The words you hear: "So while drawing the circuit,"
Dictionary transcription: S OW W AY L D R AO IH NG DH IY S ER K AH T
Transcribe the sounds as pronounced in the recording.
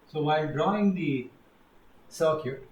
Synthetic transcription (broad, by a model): S OW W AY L D R AO IH NG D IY S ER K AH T